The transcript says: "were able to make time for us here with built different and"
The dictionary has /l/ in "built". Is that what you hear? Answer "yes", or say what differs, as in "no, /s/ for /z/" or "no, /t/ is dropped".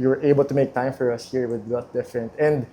no, /l/ is dropped